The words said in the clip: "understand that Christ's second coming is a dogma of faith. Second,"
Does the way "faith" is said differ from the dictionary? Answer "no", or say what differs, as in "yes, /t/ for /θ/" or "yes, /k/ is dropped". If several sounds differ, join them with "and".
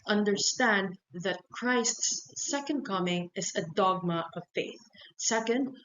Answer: no